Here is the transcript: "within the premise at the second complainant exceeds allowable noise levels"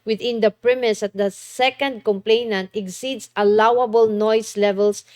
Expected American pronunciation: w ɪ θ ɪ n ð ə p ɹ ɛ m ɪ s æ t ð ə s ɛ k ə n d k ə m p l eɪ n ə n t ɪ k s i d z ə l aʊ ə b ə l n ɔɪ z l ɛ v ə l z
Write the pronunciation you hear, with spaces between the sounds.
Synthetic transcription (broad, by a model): w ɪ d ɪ n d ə p ɹ ɛ m ɪ s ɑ t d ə s ɛ k ə n d k ə m p l eɪ n ə n t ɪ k s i d s ə l aʊ ə b ə l n ɔɪ s l ɛ v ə l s